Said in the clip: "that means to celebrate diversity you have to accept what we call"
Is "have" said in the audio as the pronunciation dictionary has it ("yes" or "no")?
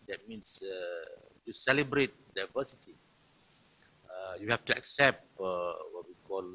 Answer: no